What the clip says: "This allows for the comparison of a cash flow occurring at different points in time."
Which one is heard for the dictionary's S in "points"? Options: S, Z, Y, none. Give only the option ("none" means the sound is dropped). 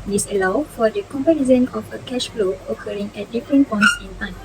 S